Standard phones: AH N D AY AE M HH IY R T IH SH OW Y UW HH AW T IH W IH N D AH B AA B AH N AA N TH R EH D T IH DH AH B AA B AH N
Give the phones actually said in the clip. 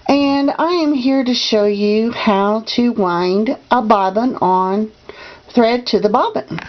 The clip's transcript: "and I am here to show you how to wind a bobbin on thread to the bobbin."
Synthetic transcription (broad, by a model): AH N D AY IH M HH IY R T IH SH OW Y UW HH AW T IH W IH N D AH B AA B AH N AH N TH R EH D T IH DH AH B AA B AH N